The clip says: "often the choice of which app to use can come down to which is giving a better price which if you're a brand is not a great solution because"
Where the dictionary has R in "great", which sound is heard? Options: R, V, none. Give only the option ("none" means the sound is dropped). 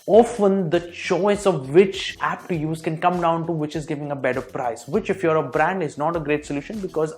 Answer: R